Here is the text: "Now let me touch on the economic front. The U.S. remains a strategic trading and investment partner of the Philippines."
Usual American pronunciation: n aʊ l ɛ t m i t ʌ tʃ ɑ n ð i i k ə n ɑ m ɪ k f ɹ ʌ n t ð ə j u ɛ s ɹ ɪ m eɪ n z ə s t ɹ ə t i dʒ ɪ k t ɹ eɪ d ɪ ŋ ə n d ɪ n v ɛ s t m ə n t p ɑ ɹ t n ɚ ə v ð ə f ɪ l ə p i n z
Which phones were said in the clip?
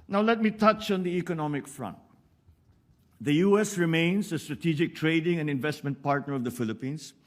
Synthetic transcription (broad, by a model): n aʊ l ɛ t m i t ʌ tʃ ɑ n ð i i k ə n ɑ m ɪ k f ɹ ʌ n t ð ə j u ɛ s ɹ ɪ m eɪ n s ə s t ɹ ə t i dʒ ɪ k t ɹ eɪ d ɪ ŋ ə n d ɪ n v ɛ s t m ə n t p ɑ ɹ t n ɚ ə v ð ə f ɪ l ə p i n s